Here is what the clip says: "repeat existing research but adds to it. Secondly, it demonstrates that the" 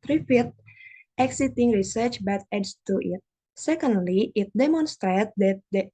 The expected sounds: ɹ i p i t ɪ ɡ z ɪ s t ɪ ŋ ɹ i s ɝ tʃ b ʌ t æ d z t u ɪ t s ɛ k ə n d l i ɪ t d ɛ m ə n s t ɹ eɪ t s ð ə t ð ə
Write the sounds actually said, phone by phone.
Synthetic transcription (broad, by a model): ɹ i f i t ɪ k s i t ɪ ŋ ɹ i s ɝ tʃ b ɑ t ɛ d s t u ɪ t s ɛ k ə n d l i ɪ t d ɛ m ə n s t ɹ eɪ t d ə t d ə